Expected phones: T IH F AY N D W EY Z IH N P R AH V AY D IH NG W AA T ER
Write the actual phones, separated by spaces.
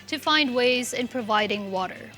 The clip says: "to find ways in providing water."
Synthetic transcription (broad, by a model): T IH F AY N D W EY Z IH N P R AH V AY D IH NG W AA T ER